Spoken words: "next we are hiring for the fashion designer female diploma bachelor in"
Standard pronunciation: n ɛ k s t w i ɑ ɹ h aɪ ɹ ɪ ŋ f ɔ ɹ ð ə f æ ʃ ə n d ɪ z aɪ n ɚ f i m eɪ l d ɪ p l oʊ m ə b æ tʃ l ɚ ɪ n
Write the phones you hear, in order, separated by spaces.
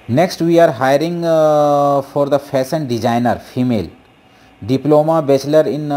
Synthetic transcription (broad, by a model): n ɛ k s t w i ɑ ɹ h aɪ ɹ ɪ ŋ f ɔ ɹ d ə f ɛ s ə n d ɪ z aɪ n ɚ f i m eɪ l d ɪ p l oʊ m ə b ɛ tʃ l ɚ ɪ n